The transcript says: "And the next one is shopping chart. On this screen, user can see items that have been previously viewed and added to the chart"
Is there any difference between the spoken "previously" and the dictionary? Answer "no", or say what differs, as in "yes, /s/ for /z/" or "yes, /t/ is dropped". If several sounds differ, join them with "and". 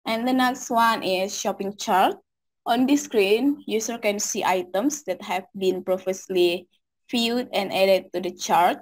yes, /f/ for /v/